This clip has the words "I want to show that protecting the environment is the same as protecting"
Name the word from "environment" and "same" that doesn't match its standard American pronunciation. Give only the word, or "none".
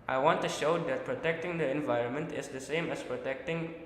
none